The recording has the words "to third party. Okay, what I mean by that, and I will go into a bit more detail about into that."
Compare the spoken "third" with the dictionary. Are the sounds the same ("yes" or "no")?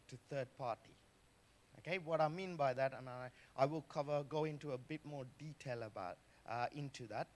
yes